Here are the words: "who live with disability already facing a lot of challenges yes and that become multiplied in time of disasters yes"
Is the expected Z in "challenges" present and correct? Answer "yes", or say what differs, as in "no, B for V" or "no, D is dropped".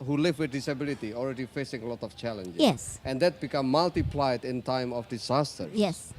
no, Z is dropped